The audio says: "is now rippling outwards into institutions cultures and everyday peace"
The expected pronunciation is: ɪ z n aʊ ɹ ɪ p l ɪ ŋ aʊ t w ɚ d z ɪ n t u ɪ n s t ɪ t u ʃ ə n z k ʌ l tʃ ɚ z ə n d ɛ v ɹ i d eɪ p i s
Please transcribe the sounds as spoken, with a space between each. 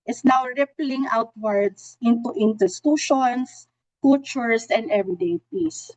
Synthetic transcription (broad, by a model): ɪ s n aʊ ɹ ɪ p l ɪ ŋ aʊ t w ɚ d s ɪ n t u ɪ n t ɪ t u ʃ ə n s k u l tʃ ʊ s ə n d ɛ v ɹ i d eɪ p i s